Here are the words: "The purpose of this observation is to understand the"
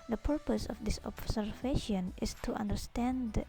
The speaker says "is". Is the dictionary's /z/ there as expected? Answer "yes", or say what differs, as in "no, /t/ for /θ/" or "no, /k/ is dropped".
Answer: no, /s/ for /z/